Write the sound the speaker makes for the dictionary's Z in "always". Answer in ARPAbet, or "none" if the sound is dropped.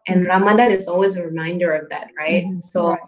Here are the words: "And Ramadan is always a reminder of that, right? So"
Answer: Z